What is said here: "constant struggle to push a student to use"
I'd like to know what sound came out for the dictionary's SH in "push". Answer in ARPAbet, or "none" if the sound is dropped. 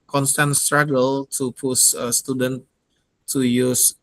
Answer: S